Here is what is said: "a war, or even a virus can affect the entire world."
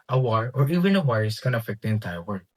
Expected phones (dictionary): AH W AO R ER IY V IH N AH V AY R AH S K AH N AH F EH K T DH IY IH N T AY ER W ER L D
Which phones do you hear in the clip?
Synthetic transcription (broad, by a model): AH W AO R ER IY V IH N AH W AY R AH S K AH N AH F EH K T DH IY IH N T AY ER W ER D